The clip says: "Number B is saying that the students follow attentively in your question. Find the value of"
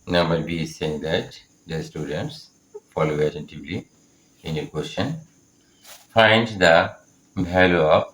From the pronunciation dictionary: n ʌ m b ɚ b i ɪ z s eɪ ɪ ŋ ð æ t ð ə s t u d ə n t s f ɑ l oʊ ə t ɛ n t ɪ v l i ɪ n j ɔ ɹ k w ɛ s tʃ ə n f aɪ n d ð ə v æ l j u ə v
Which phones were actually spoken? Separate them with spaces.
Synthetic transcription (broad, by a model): n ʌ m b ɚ b i s eɪ ɪ ŋ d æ t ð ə s t u d ə n t s f ɑ l oʊ ə t ɛ n t ɪ v l i ɪ n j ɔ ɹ k w ɛ s tʃ ə n f aɪ n d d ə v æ l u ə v